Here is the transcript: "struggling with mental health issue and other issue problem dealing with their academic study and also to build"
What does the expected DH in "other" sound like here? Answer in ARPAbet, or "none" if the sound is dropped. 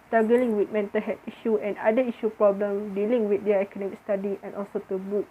none